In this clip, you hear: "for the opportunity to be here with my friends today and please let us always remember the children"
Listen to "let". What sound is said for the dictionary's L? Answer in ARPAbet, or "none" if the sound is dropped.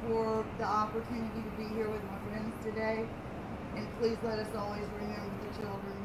L